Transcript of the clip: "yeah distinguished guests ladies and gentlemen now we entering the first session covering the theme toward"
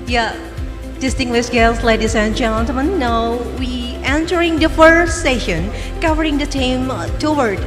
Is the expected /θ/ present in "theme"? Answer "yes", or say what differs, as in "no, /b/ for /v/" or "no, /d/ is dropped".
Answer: no, /t/ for /θ/